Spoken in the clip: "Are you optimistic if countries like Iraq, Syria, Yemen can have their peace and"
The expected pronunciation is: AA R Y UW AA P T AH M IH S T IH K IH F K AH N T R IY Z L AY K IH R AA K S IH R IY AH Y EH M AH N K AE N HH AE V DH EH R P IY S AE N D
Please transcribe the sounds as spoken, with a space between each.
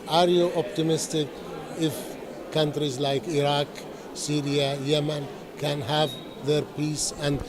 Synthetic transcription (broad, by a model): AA R Y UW AA P T AH M IH S T IH K IH F K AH N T R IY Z L AY K IH R AA K S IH R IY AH Y EH M AH N K AE N HH AE V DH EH R P IY S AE N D